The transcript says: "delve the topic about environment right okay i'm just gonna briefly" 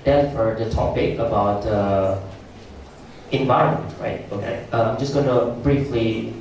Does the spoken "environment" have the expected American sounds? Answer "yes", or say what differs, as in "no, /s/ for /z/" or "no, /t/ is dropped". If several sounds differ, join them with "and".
yes